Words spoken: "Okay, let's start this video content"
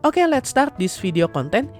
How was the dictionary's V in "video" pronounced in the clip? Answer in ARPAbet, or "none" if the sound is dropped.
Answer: F